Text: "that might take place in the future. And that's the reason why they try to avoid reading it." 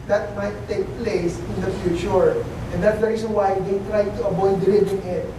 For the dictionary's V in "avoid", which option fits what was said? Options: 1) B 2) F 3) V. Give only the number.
1